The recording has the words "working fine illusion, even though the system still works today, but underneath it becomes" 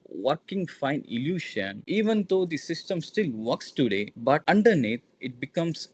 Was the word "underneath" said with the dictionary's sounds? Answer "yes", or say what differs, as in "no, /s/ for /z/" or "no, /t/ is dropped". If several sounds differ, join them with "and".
no, /t/ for /θ/